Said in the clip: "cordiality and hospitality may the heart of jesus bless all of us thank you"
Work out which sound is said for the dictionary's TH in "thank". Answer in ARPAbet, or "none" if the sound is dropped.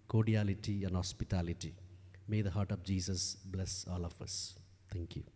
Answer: T